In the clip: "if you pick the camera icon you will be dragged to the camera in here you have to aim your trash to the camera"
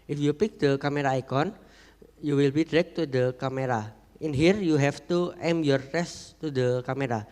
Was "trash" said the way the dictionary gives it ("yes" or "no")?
no